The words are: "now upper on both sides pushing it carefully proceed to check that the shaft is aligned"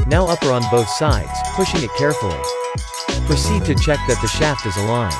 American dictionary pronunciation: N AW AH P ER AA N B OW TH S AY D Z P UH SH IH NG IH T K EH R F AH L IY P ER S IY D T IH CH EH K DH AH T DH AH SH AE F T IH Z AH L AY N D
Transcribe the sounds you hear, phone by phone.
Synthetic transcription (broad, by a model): N AW AH P ER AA N B OW TH S AY D Z P UH SH IH NG IH T K EH R F L IY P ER S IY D T IH CH EH K DH AH T DH AH SH AE F T IH Z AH L AY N